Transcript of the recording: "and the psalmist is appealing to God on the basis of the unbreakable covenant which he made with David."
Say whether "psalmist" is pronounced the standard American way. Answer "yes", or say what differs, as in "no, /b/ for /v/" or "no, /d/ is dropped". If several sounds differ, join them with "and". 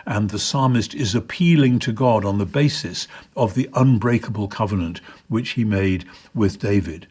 yes